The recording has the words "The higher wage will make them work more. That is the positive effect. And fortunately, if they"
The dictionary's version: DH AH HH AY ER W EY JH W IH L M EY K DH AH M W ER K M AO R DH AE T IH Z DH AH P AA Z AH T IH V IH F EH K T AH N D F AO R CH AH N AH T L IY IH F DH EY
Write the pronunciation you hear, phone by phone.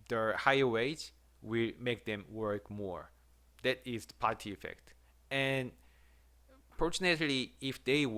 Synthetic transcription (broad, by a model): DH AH HH AY ER W EY JH W IH L M EY K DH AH M W ER K M AO R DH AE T IH Z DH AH P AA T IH IH F EH K T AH N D F AO R CH AH N AH T L IY IH F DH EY